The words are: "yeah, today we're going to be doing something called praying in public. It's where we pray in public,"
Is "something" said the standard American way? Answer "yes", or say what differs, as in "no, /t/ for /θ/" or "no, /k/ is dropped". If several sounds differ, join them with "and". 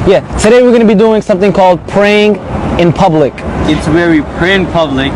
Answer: yes